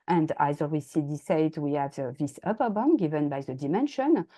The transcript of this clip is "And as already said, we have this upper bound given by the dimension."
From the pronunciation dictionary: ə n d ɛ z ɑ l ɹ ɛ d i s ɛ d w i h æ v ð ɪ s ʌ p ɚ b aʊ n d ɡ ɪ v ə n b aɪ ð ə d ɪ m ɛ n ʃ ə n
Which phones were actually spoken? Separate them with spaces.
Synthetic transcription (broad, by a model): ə n d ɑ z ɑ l w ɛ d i s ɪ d w i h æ v ð ɪ s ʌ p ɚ b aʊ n ɡ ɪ v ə n b aɪ ð ə d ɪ m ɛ n ʃ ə n